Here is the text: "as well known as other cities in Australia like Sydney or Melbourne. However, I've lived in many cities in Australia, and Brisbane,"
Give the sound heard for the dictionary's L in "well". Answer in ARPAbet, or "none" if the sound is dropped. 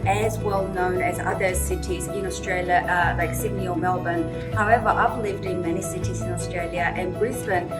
L